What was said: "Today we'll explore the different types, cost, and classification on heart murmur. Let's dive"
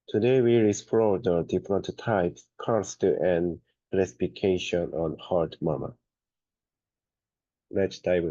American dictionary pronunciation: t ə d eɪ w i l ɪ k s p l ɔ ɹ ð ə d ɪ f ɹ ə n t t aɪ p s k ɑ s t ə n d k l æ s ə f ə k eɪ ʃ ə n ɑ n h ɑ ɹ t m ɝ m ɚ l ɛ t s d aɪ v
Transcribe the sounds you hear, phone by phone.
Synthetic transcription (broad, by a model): t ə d eɪ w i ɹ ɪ s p ɔ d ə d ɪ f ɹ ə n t t aɪ p s k ɑ s t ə n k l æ s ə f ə k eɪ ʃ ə n ɑ n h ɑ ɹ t m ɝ m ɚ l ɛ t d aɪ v